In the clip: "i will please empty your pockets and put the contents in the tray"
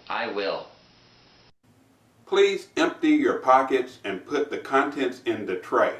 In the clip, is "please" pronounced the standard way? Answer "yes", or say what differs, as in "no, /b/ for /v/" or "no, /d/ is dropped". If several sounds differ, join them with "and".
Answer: yes